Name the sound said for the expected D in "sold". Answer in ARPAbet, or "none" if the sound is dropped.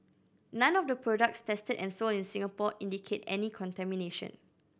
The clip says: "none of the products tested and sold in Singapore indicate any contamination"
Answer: none